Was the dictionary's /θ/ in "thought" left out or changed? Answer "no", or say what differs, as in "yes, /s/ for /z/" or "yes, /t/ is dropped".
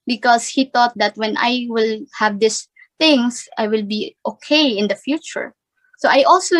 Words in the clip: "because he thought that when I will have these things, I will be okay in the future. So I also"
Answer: yes, /t/ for /θ/